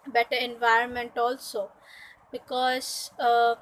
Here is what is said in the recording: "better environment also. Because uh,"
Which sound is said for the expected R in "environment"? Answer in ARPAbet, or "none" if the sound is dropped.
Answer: R